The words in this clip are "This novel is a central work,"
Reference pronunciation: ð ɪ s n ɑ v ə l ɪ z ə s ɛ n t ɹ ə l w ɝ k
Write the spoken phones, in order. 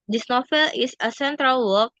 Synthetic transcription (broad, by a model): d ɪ s n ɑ f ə l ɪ s ə s ɛ n t ɹ ə l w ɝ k